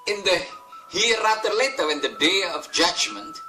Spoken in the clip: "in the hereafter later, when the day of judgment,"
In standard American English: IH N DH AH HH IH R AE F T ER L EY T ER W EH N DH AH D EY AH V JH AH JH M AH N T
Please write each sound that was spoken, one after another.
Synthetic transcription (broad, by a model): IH N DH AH HH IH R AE T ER L EY T ER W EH N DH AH D EY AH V JH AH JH M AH N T